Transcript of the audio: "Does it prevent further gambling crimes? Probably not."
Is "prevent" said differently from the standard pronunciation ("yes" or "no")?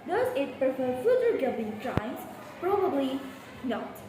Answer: yes